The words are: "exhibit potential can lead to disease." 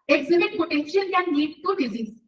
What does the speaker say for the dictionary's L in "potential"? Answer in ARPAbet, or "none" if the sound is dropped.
N